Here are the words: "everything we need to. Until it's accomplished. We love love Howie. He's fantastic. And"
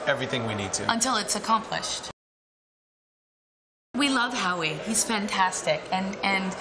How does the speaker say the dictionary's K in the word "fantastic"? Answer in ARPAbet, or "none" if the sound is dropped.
K